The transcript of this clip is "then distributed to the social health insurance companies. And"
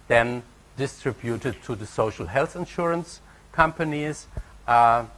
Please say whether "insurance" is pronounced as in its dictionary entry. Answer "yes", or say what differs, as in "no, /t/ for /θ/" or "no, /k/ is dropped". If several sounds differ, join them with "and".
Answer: yes